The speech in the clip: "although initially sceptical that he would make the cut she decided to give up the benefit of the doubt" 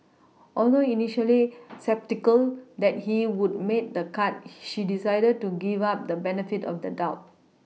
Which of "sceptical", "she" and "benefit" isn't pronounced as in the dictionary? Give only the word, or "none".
none